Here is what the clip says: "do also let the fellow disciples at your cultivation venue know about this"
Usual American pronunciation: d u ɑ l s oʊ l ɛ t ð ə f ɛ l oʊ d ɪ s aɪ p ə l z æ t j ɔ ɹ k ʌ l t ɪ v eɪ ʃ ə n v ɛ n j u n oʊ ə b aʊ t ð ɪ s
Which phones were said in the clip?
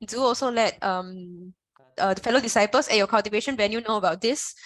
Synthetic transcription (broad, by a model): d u ɑ l s oʊ l ɛ t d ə f ɛ l oʊ d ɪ s aɪ p ə l s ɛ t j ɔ k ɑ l t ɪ v eɪ ʃ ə n w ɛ n j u n oʊ ə b aʊ t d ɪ s